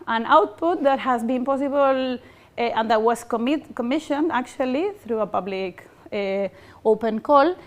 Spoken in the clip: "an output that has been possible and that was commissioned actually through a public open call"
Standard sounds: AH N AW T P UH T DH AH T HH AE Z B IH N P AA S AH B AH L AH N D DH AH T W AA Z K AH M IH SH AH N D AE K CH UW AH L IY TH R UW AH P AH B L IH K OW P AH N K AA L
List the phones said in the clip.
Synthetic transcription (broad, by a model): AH N AW T P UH T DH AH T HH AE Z B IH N P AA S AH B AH L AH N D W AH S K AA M K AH M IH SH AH N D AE K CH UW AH L IY TH R UW AH P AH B L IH K OW P AH N K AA L